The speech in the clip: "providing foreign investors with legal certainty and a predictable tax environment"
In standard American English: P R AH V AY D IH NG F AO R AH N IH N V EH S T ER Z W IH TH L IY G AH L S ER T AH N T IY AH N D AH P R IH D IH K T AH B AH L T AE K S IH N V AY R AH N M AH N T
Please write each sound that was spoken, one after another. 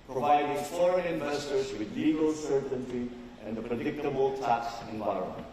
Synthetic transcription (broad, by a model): P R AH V AY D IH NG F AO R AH IH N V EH S T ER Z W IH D L IY G AH L S ER T AH N T IY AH N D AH P R IH D IH K T AH B AH L T AE K S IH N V AY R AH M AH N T